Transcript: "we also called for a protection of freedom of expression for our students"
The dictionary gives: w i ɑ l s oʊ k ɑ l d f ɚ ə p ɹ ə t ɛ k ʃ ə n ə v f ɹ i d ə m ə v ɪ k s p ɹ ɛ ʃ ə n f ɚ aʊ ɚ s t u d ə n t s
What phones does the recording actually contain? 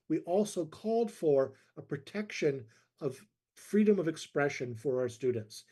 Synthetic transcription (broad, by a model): w i ɑ l s oʊ k ɑ l d f ɚ ə p ɹ ə t ɛ k ʃ ə n ə v f ɹ i d ə m ə v ɪ k s p ɹ ɛ ʃ ə n f ɚ aʊ ɚ s t u d n t s